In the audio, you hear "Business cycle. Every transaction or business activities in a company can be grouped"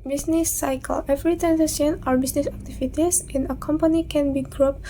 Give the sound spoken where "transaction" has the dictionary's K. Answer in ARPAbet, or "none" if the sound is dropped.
none